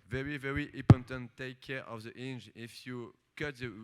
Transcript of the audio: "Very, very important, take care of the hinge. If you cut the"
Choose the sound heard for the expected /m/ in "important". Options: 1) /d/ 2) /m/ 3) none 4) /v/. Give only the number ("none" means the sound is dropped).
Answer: 3